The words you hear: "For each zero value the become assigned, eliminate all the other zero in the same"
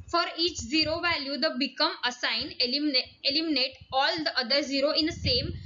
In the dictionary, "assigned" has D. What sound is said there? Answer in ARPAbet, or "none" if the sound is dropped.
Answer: none